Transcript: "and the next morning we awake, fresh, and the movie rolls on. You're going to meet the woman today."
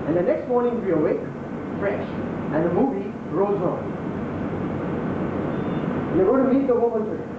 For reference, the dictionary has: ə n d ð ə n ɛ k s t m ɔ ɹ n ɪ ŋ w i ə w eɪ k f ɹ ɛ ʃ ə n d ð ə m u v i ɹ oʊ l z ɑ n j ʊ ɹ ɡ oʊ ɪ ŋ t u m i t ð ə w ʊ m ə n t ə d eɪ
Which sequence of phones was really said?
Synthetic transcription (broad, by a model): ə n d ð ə n ɛ k s t m ɔ ɹ n ɪ ŋ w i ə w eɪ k f ɹ ɛ ʃ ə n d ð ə m u v i ɹ oʊ z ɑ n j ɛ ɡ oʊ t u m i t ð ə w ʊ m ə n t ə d